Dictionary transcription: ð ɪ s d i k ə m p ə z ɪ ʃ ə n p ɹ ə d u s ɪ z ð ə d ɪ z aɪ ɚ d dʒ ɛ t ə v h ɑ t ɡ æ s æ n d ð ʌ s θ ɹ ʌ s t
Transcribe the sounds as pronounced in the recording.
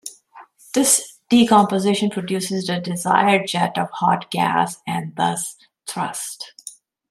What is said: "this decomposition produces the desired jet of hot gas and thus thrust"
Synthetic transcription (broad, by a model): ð ɪ s d i k ə m p ə z ɪ ʃ ə n p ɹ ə d u s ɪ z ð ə d ɪ z aɪ ɚ d dʒ ɛ t ə v h ɑ t ɡ æ s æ n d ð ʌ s t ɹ ʌ s t